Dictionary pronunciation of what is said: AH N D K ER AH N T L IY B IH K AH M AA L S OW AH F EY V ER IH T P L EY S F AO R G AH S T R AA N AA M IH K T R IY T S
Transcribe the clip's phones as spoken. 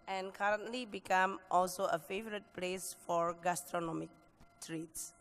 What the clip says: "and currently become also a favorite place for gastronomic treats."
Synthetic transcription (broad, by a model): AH N K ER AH N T L IY B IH K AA M AA L S OW AH F EY V ER IH T P L EY S F AO R G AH S T R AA N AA M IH K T R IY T S